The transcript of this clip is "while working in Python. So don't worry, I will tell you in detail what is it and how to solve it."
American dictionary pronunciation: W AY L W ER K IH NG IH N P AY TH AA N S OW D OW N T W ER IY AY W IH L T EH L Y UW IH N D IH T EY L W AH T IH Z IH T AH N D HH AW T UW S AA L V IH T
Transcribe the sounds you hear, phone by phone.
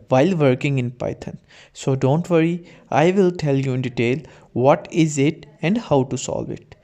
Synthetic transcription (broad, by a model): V AY L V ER K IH NG IH N P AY T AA N S OW D OW N T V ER IY AY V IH L T EH L Y UW IH N D IH T EY L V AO T IH Z IH T AH N D HH AW T UW S AA L V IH T